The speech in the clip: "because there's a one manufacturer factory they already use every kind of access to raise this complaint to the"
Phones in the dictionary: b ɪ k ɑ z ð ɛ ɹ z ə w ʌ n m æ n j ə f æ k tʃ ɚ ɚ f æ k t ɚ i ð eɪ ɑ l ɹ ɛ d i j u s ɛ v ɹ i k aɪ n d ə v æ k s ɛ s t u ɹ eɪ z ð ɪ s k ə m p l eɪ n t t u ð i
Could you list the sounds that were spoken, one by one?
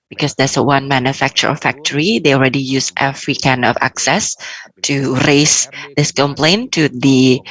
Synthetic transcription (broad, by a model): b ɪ k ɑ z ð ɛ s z ə w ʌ n m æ n j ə f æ k tʃ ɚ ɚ f æ k t ɚ i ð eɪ ɑ l ɹ ɛ d i j u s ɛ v ɹ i k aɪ n ə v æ k s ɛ s t u ɹ eɪ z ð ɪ s k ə m p l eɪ n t t u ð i